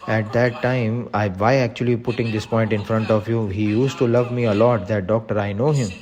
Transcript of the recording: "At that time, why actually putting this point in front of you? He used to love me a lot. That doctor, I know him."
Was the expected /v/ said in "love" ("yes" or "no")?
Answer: yes